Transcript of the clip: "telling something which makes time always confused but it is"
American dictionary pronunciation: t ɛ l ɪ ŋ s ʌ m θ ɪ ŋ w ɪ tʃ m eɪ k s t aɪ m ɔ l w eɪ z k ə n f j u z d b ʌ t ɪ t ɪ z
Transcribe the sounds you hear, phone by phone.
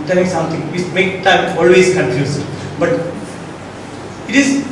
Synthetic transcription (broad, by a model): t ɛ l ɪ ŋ s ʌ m t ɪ ŋ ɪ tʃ m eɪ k t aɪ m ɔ l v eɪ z k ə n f j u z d b ʌ t ɪ t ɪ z